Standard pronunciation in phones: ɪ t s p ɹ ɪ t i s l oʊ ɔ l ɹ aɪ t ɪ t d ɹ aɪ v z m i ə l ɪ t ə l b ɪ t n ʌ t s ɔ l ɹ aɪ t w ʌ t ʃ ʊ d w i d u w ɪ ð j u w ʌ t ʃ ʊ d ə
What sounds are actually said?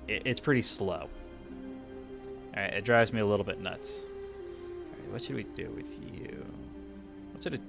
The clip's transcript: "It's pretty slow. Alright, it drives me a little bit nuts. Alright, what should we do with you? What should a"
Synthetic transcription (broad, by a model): ɪ t s p ɹ ɪ t i s l oʊ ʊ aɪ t ɪ t d ɹ aɪ v z m i ə l ɪ t l b ɪ t n ʌ t s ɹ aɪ w ʌ t ʃ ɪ d w i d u w ɪ ð j u w ʌ t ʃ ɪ d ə